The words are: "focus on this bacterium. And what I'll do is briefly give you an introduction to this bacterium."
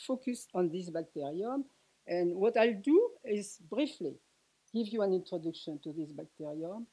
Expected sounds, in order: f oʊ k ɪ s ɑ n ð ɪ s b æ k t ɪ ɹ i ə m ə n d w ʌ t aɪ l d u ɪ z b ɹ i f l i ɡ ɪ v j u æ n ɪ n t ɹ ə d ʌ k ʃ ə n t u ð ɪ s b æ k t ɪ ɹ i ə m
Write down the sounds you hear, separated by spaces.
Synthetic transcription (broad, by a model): f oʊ k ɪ s ɑ n ð ɪ s b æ k t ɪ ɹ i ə m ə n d w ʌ t aɪ l d u ɪ z b ɹ i f l i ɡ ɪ v j u æ n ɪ n t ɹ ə d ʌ k ʃ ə n t u ð ɪ s b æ k t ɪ ɹ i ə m